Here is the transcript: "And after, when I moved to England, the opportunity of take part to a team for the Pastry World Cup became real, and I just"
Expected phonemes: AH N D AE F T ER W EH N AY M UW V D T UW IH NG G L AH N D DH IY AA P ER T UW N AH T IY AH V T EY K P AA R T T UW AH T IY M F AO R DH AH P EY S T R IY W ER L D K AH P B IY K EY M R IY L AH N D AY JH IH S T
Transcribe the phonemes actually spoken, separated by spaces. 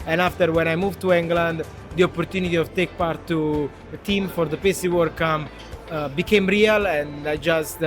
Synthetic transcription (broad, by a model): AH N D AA F T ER W EH N AY M UW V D T UW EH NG G L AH N D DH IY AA P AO T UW N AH T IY AH V T EY K P AA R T T UW AH T IY M F AO R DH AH P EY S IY W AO D K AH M B IY K EY M R IY L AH N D AY JH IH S T